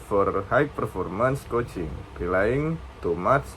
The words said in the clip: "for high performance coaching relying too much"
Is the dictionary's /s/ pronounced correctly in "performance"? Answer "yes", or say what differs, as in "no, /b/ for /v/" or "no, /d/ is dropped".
yes